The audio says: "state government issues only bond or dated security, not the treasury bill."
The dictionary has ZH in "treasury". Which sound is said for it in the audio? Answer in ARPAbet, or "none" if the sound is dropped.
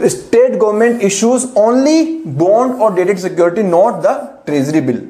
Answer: Z